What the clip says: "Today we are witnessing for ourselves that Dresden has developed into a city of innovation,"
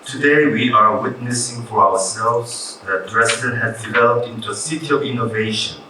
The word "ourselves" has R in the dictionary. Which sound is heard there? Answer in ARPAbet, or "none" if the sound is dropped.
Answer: W